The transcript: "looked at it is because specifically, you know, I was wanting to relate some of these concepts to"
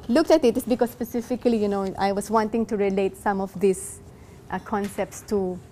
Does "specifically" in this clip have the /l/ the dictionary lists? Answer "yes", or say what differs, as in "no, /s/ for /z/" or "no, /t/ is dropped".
yes